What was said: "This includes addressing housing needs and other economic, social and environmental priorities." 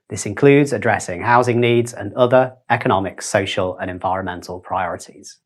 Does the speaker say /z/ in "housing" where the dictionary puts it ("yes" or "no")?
yes